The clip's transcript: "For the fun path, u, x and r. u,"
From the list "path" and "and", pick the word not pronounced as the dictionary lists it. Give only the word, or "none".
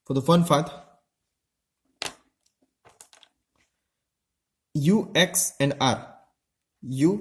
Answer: path